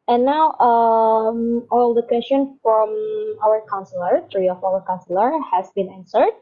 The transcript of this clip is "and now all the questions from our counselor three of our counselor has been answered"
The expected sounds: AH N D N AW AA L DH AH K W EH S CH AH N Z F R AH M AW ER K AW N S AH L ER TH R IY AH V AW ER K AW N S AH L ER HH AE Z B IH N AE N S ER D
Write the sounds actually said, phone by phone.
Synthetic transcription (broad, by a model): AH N N AW AA L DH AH K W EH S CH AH N F R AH M AW ER K AW N S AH L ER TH R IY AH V AW ER K AW N S AH L ER HH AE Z B IH N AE N S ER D